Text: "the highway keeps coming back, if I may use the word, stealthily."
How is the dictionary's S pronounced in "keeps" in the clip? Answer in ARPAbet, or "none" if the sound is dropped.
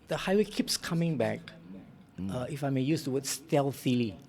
S